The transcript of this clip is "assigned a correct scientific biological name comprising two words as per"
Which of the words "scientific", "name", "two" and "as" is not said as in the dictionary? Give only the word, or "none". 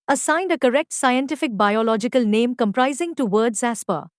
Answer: as